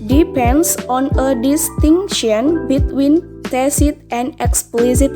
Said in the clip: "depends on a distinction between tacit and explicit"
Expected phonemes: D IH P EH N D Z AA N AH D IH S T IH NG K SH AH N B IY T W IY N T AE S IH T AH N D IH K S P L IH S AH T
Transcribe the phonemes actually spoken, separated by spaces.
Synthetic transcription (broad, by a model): D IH P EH N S AA N AH D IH S T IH NG SH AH N B IY T W IY N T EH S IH T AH N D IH K S P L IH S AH T